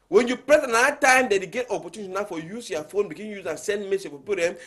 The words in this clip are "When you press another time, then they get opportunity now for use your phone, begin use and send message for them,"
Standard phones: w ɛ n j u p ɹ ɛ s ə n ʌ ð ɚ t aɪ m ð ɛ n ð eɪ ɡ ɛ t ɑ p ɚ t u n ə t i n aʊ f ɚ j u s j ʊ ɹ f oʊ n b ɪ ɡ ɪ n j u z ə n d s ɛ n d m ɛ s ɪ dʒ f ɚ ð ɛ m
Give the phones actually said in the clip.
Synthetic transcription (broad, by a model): w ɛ n j u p ɹ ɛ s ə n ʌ ɚ t aɪ m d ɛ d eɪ ɡ ɛ t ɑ p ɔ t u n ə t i n aʊ f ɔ j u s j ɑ f oʊ n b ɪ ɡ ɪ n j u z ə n s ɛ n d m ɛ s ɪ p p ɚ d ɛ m